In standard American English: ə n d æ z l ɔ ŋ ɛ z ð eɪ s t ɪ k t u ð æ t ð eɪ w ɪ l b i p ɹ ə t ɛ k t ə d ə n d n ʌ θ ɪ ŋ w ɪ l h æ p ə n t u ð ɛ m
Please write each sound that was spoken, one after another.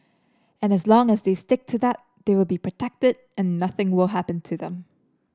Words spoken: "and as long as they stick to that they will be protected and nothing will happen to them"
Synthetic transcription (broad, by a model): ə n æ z l ɔ ŋ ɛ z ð eɪ s t ɪ k t u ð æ t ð eɪ w ɪ l b i p ɹ ə t ɛ k t ə d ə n n ʌ θ ɪ ŋ w ɪ l h æ p ə n t u ð ɛ m